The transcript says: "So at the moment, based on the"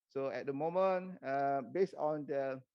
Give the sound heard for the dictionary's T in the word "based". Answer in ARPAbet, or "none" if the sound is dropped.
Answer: none